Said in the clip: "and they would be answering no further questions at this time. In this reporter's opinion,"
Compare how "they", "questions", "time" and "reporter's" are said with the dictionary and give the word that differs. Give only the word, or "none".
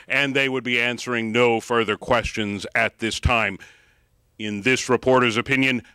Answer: none